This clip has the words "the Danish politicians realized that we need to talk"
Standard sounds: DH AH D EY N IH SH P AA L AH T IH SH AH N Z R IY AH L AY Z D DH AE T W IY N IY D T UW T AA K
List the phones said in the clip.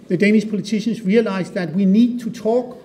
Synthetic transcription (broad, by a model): DH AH D EY N IH SH P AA L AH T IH SH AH N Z R IY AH L AY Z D DH AE T W IY N IY D T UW T AA K